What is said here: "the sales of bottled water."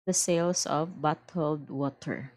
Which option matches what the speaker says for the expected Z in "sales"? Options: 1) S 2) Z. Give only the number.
1